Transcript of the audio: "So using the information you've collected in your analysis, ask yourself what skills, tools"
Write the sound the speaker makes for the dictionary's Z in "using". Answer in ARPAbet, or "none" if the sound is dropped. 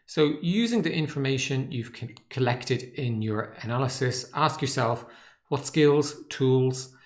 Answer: Z